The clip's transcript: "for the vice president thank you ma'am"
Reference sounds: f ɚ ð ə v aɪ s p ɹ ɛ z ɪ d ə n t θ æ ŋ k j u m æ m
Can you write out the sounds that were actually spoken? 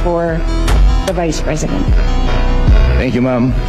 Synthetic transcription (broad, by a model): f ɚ ð ə v aɪ s p ɹ ɛ z ɪ d ə n t θ æ ŋ k j u m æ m